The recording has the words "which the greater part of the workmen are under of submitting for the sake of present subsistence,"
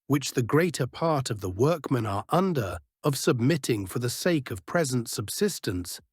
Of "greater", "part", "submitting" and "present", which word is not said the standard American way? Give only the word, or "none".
none